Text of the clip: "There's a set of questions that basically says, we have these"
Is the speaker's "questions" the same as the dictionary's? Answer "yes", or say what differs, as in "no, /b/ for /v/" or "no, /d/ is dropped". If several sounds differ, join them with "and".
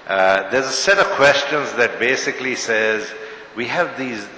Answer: yes